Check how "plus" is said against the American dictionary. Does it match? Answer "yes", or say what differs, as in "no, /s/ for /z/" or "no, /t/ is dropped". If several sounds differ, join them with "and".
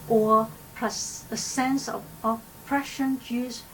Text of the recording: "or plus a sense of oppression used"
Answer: no, /l/ is dropped